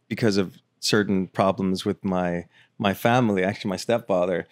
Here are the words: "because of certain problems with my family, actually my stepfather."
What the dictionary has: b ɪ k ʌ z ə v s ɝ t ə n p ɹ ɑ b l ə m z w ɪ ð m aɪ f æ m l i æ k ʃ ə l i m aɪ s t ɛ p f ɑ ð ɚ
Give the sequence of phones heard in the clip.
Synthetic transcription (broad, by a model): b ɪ k ʌ z ə v s ɝ t n p ɹ ɑ b l ə m z w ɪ ð m aɪ f æ m l i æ k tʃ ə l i m aɪ s t ɛ p f ɑ ð ɚ